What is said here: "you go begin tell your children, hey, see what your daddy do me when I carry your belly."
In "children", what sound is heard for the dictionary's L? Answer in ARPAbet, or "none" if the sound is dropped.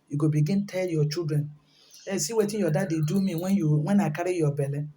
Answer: none